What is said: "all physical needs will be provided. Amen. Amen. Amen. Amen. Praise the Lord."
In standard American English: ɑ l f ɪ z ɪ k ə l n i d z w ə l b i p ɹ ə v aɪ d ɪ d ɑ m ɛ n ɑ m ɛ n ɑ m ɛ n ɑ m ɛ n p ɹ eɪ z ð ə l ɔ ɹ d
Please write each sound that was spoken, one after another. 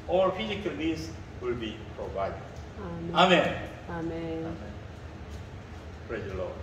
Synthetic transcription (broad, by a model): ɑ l f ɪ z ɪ k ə l l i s w ə l b i p ɹ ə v aɪ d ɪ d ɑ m ɑ m ɛ n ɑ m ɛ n ɑ m ɛ n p ɹ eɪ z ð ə l ɔ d